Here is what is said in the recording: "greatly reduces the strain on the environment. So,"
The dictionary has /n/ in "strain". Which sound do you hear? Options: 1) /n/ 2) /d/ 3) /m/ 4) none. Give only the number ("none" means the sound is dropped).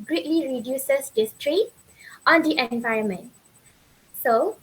4